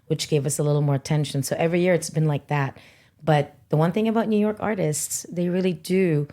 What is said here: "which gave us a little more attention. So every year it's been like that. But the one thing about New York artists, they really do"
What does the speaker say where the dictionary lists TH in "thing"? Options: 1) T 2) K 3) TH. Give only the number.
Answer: 3